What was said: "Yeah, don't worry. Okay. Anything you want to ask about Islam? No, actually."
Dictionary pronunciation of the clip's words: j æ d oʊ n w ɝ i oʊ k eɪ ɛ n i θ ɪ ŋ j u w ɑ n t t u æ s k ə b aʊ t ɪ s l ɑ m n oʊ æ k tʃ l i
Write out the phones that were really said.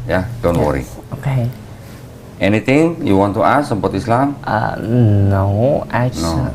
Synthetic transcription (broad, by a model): j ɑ d oʊ n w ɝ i oʊ k eɪ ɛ n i t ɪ ŋ j u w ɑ n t t u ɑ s ə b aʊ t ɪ s l ɑ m n oʊ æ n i